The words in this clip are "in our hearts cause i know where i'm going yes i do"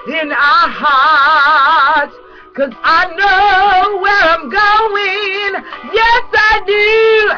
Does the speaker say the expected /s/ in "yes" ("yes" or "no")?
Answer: yes